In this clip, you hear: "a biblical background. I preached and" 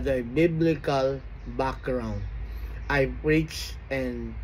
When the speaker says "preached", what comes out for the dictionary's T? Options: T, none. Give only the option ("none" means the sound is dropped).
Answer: none